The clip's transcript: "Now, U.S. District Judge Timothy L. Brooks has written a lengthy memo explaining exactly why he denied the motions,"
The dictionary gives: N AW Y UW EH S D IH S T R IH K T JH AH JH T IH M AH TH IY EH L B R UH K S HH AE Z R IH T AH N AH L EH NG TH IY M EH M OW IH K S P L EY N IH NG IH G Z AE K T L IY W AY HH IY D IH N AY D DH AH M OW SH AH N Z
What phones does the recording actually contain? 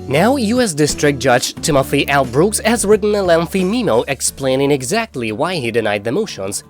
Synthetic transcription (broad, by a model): N AW Y UW EH S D IH S T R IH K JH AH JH T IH M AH F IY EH L B R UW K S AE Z R IH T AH N AH L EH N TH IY M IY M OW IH K S P L EY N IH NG IH G Z AE K T L IY W AY HH IY D IH N AY D DH AH M OW SH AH N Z